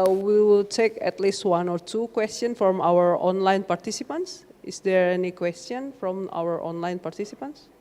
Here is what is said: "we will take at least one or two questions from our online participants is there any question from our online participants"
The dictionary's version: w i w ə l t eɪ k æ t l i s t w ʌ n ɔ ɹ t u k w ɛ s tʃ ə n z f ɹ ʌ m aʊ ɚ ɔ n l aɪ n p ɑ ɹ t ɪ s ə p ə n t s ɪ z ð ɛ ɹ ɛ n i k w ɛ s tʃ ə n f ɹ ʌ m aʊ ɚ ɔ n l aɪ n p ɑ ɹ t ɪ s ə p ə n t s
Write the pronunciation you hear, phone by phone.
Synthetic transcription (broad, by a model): w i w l t eɪ k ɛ t l i s t w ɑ n ɔ ɹ t u k w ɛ s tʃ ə n f ɹ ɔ m aʊ ɚ ɔ n l aɪ n p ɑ ɹ t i s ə p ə n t s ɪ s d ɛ ɹ ɛ n i k w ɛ s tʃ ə n f ɹ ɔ m aʊ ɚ ɔ n l aɪ n p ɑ ɹ t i s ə p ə n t s